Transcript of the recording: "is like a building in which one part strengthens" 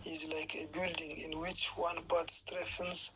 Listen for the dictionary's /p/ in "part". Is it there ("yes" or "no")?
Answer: no